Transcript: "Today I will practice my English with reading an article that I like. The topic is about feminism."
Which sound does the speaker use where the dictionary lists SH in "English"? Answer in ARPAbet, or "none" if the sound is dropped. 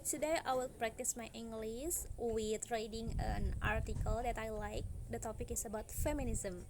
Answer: S